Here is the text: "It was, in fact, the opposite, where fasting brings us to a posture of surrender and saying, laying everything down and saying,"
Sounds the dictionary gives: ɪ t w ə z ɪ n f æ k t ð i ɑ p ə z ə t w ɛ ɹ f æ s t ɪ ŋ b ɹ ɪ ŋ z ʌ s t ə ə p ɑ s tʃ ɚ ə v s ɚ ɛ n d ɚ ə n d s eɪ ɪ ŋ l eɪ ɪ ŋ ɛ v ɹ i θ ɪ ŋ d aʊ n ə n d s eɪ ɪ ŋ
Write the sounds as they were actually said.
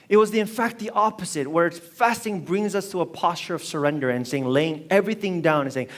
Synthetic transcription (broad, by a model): ɪ t w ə z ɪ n f æ k t ð i ɑ p ə z ə t w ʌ ɹ f æ s t ɪ ŋ b ɹ ɪ ŋ z ʌ s t ə ə p ɑ s tʃ ɚ ə v s ɚ ɛ n d ɚ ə n s eɪ ɪ ŋ l eɪ ɪ ŋ ɛ v ɹ i θ ɪ ŋ d aʊ n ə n s eɪ ɪ ŋ